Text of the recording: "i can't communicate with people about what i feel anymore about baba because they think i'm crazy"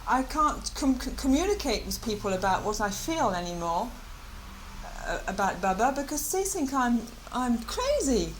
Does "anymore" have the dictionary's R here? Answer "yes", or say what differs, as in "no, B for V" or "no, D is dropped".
yes